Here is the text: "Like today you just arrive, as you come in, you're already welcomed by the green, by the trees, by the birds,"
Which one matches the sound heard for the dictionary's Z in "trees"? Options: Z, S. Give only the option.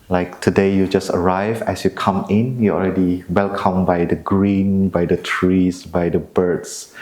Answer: S